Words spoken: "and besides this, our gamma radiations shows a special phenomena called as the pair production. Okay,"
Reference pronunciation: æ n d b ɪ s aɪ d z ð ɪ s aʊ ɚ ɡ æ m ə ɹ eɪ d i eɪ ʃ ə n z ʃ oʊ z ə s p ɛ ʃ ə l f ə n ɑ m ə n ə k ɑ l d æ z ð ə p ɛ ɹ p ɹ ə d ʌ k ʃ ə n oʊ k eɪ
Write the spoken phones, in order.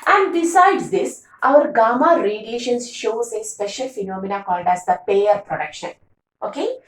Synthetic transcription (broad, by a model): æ n d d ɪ s aɪ d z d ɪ s aʊ ɚ ɡ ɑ m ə ɹ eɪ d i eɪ ʃ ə n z ʃ oʊ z ə s p ɛ ʃ ə l f ə n ɑ m ə n ə k ɑ l d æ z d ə p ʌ ɹ p ɹ ə d ʌ k ʃ ə n oʊ k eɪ